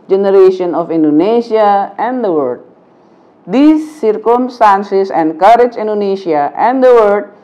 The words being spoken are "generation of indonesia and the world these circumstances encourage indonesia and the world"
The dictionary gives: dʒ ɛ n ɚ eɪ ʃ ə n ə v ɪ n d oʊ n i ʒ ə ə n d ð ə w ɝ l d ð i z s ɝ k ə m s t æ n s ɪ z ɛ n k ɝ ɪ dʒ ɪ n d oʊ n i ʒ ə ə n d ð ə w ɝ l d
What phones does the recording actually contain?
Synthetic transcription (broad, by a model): dʒ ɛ n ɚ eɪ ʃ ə n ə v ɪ n d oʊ n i ʃ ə ə n d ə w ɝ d d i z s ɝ k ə m s t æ n s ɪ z ɛ n k ɝ ɪ dʒ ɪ n d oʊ n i ʃ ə ə n d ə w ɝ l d